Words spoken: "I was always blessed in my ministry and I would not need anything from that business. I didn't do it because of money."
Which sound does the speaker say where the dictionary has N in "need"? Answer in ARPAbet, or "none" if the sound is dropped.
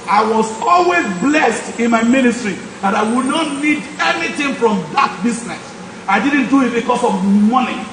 N